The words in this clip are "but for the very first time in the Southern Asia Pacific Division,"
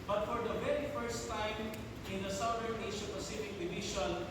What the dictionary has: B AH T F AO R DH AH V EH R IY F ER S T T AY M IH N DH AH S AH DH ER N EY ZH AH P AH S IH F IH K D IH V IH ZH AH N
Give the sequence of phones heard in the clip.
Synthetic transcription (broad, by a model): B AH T F AO R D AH V EH R IY F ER S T T AY M IH N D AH S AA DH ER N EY S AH P AH S IH F IH K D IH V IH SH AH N